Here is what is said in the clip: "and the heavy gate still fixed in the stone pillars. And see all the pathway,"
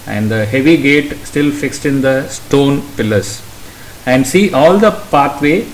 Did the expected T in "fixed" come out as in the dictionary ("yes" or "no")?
yes